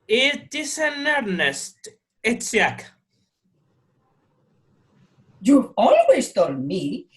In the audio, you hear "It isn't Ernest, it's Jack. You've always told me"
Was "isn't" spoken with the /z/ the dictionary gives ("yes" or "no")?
no